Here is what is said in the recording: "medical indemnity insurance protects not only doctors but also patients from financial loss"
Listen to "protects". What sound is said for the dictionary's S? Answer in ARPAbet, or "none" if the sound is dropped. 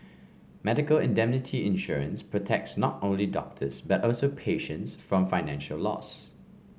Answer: S